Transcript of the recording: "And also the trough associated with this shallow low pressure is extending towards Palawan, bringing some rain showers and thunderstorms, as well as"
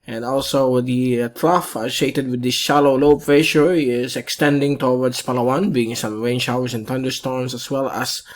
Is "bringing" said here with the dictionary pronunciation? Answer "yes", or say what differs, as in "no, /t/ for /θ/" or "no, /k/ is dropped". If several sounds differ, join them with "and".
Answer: no, /ɹ/ is dropped and /ŋ/ is dropped